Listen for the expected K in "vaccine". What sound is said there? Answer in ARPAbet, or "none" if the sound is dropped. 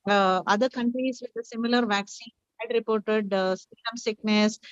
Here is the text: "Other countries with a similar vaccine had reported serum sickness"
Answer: K